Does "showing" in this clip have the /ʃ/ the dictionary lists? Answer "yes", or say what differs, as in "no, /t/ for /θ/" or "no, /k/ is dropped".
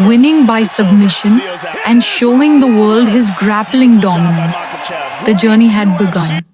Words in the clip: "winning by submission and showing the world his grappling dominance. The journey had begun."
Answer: yes